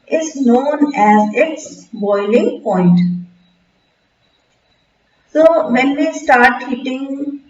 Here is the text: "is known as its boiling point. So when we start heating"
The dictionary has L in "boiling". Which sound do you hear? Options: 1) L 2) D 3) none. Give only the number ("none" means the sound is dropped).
1